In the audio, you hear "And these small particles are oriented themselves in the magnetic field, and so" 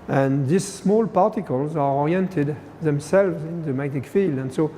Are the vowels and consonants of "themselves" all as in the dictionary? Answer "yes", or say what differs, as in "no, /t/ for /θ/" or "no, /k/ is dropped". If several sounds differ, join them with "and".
yes